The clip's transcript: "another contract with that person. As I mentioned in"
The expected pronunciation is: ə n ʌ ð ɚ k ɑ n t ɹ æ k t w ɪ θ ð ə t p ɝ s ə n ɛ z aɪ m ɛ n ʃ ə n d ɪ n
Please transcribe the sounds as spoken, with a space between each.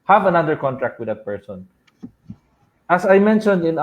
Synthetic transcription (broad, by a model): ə n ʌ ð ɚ k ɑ n t ɹ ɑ k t w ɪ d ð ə t p ɝ s ə n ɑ s aɪ m ɛ n ʃ ə n d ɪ n